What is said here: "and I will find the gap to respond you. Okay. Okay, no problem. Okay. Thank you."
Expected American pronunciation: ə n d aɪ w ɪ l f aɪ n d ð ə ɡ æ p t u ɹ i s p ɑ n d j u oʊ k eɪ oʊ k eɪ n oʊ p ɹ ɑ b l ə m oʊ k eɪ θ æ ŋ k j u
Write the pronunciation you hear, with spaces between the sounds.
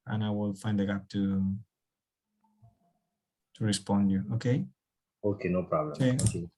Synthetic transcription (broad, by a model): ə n aɪ w ɪ l f aɪ n d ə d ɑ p t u ɹ i s p ɑ n d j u oʊ k eɪ oʊ k eɪ n oʊ p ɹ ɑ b l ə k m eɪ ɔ k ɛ